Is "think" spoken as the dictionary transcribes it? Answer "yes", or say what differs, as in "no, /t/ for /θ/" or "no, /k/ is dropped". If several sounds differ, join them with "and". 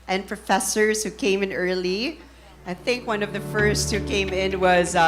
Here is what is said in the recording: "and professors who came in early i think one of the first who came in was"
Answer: yes